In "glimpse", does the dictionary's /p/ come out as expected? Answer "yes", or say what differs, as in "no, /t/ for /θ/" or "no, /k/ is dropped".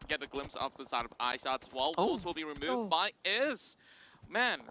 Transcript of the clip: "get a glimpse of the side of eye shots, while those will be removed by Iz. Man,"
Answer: yes